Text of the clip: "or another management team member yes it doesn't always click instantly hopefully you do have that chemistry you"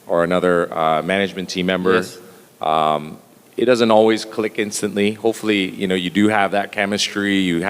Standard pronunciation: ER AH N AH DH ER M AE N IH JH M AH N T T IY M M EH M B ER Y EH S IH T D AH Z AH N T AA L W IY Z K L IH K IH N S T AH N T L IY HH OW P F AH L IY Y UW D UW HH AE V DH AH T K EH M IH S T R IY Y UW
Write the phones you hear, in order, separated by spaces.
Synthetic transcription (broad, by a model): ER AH N AH DH ER M AE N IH JH M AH N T T IY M M EH M B ER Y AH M IH T D AH Z AH N T AA L W IY Z K L IH K IH N S T AH N T L IY HH OW P F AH N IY Y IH D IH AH V DH AH T K EH M IH S T R IY Y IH